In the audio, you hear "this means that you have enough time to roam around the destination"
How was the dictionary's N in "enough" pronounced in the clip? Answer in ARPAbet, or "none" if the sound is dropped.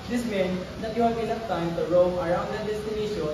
L